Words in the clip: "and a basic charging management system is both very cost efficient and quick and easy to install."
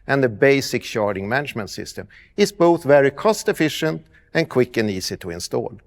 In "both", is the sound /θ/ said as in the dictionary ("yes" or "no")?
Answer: yes